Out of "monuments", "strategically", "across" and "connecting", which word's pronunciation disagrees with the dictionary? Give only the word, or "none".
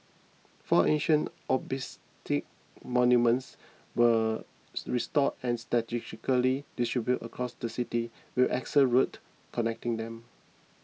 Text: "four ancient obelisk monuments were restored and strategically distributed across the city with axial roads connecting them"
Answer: strategically